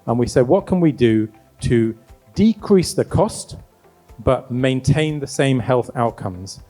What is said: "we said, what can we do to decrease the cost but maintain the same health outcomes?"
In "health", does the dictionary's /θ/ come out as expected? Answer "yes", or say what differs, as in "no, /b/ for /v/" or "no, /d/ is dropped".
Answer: yes